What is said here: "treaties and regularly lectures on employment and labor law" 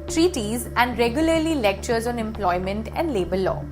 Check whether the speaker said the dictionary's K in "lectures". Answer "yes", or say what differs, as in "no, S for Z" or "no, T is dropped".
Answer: yes